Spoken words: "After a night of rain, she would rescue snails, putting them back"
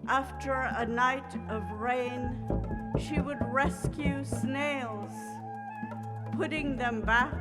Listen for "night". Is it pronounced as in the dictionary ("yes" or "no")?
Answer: yes